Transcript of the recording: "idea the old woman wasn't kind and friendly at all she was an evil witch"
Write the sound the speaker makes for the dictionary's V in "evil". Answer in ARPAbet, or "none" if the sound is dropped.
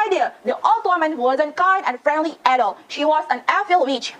F